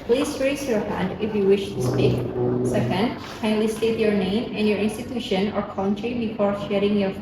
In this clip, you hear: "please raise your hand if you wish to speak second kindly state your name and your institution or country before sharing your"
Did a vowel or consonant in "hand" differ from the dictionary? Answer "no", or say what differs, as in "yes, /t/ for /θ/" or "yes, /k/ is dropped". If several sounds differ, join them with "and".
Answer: no